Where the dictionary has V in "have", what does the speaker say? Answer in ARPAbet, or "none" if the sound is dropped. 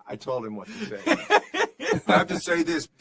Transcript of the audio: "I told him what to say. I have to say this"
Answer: F